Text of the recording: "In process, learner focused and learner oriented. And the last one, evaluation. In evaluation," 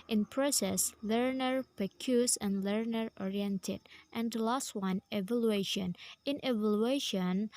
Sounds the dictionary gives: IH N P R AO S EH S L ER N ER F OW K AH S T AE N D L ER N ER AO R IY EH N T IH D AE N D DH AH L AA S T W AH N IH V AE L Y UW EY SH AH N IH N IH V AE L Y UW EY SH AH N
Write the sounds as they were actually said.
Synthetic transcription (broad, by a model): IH N P R AO S EH S L ER N ER P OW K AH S AE N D L ER N ER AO R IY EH N T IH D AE N D L AA S T W AH N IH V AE L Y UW EY SH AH N IH N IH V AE L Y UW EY SH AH N